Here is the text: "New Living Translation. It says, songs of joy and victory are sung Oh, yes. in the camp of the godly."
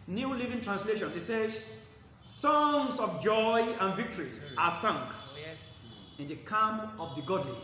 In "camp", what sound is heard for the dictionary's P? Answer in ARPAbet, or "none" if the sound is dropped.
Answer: none